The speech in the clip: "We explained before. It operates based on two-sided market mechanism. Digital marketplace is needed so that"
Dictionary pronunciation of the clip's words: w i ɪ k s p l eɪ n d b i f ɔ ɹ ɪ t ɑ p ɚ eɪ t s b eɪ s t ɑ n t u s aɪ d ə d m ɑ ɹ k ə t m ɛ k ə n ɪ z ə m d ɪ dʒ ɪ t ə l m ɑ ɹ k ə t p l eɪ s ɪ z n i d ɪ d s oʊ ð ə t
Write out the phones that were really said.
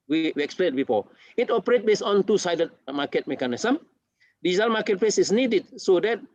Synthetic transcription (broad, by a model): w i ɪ k s p l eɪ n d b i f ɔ ɪ t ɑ p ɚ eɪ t b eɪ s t ɑ n t u s aɪ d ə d m ɑ k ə t m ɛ k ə n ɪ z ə m d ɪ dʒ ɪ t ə l m ɑ k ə t p l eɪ s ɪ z n i d ɪ d s oʊ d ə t